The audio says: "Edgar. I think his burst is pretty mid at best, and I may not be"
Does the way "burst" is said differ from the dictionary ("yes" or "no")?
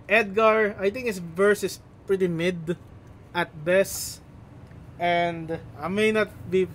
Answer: yes